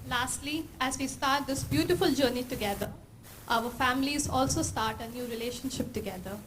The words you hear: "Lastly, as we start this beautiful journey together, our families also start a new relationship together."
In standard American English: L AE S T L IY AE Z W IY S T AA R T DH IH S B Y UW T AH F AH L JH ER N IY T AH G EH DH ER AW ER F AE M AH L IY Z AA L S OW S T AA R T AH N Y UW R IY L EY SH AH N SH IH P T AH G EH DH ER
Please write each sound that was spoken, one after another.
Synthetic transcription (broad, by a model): L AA S T L IY AE Z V IY S T AA R T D IH S B Y UW T AH F AH L JH ER N IY T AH G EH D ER AW ER F AE M AH L IY Z AA L S OW S T AA R T AH N Y UW R IY L EY SH AH N SH IH P T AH G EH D ER